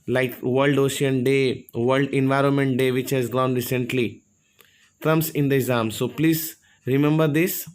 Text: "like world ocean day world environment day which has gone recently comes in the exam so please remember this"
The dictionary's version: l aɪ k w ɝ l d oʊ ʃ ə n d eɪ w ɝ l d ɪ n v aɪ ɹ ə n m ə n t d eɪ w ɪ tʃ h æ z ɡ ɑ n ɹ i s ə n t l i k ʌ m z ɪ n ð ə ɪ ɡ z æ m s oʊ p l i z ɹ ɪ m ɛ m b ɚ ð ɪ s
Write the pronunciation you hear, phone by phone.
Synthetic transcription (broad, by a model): l aɪ k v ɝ l d oʊ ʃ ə n d eɪ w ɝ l d ɪ n v aɪ ɹ ə n m ə n t d eɪ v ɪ tʃ h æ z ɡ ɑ n ɹ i s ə n t l i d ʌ m s ɪ n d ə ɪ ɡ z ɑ m s oʊ p l i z ɹ ɪ m ɛ m b ɚ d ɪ s